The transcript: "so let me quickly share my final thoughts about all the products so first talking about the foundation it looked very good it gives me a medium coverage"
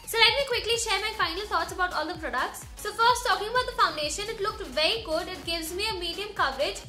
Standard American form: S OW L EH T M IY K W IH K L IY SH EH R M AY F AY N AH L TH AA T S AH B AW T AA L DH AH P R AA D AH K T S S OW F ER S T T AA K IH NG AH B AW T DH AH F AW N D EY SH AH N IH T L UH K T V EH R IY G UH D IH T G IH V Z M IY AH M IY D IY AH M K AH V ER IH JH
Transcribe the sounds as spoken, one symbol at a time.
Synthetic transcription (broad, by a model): S OW L EH T M IY K W IH K L IY SH EH R M AY F AY N AH L T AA T S AH B AW T AA L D AH P R AA D AH K T S S OW F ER S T T AA K IH NG AH B AW T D AH F AW N D EY SH AH N IH T L UH K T V EH R IY G UH D IH T G IH V Z M IY AH M IY D IY AH M K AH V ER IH JH